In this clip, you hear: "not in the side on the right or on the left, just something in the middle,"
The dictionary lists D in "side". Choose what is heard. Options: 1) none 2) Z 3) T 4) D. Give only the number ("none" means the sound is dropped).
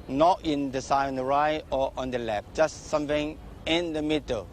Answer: 1